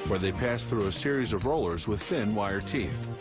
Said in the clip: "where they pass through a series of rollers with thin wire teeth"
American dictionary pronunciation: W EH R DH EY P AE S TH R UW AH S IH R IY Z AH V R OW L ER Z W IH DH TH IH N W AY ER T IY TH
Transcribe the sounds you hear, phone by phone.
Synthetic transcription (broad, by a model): W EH R DH EY P AE S TH R UW AH S IH R IY Z AH V R OW L ER Z W IH DH TH IH N W AY ER T IY TH